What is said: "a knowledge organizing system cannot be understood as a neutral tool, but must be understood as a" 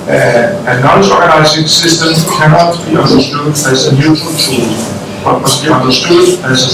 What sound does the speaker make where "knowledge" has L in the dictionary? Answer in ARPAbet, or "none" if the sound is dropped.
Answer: none